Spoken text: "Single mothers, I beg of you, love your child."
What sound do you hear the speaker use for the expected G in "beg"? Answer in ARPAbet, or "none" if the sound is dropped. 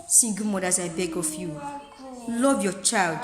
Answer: G